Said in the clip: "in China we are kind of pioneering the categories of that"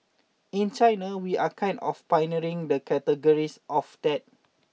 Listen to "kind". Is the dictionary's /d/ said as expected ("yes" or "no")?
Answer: no